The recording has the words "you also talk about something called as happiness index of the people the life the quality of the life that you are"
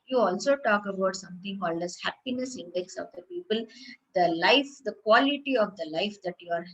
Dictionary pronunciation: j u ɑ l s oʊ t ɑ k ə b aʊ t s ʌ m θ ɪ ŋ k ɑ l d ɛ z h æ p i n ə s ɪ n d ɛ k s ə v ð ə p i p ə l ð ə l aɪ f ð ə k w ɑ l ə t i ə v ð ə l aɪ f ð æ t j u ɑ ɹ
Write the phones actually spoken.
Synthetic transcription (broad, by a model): j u ɑ l s oʊ t ɑ k ə b aʊ t s ʌ m t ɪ ŋ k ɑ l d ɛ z h æ p i n ə s ɪ n d ɛ k s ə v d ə p i p ə l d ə l aɪ f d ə k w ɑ l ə t i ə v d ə l aɪ f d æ t j u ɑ ɹ